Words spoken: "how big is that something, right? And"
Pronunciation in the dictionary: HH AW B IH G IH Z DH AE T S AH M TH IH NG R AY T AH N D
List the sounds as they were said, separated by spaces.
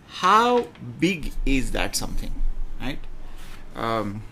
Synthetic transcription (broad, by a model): HH AW B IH G IH Z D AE T S AH M T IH NG R AY T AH